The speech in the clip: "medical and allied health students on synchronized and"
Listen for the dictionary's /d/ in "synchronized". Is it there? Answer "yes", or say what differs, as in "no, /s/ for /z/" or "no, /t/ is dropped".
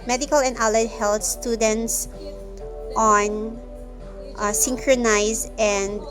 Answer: no, /d/ is dropped